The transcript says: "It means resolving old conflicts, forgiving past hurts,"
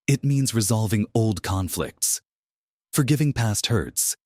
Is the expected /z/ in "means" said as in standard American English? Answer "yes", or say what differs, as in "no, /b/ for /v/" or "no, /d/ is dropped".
yes